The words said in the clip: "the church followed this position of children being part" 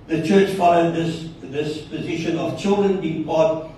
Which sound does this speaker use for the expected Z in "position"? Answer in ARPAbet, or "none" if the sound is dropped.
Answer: Z